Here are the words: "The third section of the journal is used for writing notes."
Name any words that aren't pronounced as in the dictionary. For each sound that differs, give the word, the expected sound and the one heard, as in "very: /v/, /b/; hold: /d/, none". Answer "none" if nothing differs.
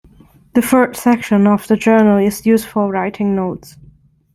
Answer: third: /θ/, /f/; for: /ɹ/, /l/